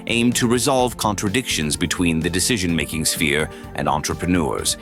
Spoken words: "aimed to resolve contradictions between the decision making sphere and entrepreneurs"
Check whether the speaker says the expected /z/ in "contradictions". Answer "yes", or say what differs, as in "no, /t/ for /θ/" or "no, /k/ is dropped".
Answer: yes